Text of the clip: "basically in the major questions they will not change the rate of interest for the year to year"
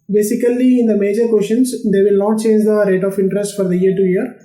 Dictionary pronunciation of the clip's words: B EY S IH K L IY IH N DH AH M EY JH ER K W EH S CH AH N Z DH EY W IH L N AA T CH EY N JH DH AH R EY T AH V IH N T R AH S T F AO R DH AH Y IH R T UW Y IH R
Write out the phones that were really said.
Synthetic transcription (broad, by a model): B EY S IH K L IY IH N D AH M EY JH ER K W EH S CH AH N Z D EY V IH L N AA T CH EY N JH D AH R EY T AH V IH N T R AH S T F AO R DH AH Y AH R T UW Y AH R